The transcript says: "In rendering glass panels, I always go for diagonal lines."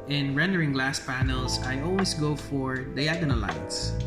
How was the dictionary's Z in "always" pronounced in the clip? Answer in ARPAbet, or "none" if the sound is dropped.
S